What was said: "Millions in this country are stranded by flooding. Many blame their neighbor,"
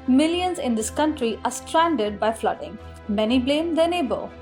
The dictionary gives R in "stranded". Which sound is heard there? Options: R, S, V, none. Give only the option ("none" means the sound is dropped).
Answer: R